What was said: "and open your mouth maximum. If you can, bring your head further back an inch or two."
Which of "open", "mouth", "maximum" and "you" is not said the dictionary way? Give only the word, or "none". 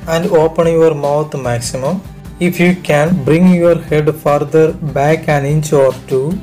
mouth